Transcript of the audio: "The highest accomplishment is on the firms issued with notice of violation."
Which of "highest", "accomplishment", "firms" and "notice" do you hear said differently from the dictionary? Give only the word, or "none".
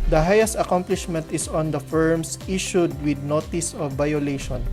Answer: firms